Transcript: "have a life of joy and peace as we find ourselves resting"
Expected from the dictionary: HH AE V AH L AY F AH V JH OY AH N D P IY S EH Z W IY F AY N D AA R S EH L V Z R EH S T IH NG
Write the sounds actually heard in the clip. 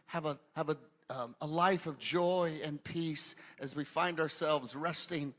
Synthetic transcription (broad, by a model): HH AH V AH L AY F AH V JH OY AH N P IY S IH Z W IY F AY N D AA R S EH L V Z R EH S T IH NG